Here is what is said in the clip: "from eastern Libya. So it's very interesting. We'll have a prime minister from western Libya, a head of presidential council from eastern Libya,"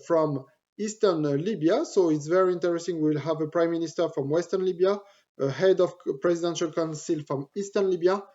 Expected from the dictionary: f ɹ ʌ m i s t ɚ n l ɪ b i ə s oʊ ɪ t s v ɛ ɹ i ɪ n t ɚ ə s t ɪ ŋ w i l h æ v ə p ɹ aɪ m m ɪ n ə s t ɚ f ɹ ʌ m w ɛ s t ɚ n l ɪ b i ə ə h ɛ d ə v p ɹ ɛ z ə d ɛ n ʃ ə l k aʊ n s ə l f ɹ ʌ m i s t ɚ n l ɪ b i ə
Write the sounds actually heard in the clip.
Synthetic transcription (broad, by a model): f ɹ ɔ m i s t ɚ n l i b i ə s oʊ ɪ t s v ɛ ɹ i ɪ n t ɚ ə s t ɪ ŋ w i l h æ v ə p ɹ aɪ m m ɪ n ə s t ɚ f ɹ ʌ m w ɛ s t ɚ n l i b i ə ə h ɛ d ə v p ɹ ɛ z ə d ɛ n ʃ ə l k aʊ n s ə l f ɹ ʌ m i s t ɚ n l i b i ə